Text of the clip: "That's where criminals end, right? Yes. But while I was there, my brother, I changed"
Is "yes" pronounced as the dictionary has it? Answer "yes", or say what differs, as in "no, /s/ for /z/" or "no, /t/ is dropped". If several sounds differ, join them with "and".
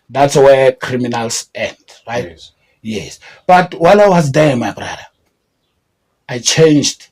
yes